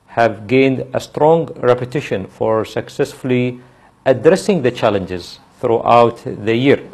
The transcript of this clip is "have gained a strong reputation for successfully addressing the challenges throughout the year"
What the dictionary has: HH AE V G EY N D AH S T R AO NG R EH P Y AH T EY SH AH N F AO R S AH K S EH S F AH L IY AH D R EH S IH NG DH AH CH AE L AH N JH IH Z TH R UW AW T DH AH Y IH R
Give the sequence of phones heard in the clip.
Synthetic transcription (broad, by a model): HH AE V G EY N D AH S T R AO NG R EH P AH T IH SH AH N F AO R S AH K S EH S F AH L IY AH D R EH S IH NG DH AH CH AE L AH N JH IH Z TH R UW AW T DH AH Y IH R